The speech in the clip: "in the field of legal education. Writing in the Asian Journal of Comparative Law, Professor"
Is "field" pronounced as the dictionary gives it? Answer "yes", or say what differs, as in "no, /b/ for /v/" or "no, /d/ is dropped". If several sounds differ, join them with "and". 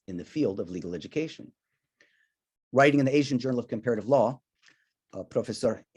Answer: yes